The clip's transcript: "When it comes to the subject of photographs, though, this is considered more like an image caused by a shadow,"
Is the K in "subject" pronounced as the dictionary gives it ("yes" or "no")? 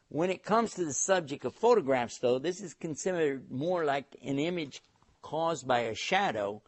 yes